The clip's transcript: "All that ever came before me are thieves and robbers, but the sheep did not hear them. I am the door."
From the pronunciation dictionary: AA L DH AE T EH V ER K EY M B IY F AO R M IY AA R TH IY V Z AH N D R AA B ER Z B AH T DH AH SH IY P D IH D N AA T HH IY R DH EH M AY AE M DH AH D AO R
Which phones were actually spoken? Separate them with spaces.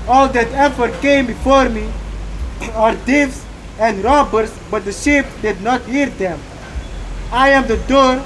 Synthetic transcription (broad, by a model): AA L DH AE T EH F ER K EY M B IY F AO R M IY AA R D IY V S AH N D R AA B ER S B AH T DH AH SH IY P D IH D N AA T HH IY R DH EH M AY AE M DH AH D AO R